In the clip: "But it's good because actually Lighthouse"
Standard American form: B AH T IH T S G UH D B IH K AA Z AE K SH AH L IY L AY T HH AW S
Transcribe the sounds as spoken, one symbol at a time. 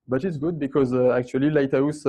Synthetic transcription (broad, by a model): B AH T IH T S G UH D B IH K AA Z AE K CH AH L IY L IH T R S